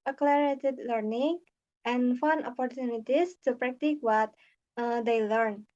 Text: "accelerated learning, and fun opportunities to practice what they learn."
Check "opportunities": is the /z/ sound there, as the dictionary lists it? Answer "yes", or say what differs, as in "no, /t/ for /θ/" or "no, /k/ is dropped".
no, /s/ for /z/